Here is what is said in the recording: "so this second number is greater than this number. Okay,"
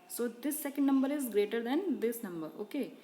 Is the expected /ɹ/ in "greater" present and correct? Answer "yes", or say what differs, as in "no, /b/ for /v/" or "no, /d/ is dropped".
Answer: yes